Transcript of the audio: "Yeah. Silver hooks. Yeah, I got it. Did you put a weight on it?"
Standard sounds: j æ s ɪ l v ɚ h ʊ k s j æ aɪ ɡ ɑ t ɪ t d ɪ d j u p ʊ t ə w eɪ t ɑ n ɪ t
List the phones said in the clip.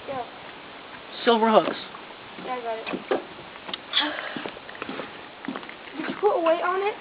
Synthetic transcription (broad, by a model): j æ s ɪ l v ɚ h ʊ k s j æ aɪ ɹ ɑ ɪ t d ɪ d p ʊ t ə w eɪ t n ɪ t